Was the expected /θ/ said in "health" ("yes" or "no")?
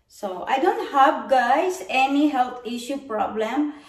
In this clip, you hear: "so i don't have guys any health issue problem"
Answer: no